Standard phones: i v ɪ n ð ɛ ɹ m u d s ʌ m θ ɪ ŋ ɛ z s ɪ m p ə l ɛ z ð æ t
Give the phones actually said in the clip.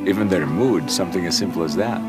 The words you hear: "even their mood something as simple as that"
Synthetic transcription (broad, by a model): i v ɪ n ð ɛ ɹ m u d s ʌ m θ ɪ ŋ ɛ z s ɪ m p l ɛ z ð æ t